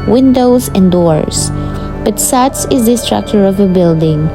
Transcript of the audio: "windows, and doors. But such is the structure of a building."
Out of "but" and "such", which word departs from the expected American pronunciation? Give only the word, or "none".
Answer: such